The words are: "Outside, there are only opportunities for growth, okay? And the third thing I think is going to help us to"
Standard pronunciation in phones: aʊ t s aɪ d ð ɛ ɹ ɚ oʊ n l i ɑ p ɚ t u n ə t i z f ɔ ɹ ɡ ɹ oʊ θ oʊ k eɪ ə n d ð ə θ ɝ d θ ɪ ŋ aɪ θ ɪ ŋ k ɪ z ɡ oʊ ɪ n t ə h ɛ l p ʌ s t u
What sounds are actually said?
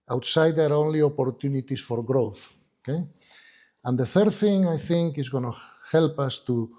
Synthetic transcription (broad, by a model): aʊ t s aɪ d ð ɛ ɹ oʊ n l i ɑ p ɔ t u n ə t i s f ɔ ɹ ɡ ɹ oʊ θ oʊ k eɪ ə n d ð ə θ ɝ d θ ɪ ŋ aɪ θ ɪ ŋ k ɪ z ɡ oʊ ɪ n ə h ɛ l p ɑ s t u